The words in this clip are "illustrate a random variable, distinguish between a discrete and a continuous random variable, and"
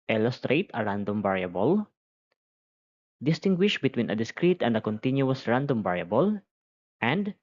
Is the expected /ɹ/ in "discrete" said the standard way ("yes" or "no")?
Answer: yes